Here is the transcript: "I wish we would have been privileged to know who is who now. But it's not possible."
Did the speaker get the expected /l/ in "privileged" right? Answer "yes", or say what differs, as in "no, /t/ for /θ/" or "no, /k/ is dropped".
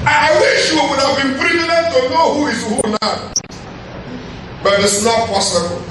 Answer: no, /n/ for /l/